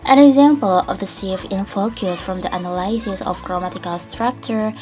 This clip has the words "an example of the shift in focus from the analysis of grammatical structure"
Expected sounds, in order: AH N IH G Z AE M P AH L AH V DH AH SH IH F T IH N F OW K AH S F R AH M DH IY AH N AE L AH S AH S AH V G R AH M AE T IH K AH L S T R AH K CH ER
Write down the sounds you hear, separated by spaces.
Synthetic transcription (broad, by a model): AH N IH G Z AE M P AH L AH V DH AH S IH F IH N F OW K AH S F R AH M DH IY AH N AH L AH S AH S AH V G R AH M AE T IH K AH L S T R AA K CH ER